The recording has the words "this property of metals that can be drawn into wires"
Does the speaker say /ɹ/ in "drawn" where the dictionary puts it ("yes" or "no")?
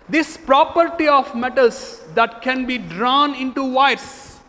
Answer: yes